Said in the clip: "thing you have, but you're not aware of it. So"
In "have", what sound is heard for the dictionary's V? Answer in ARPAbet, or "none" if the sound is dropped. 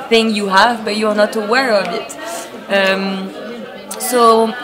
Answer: V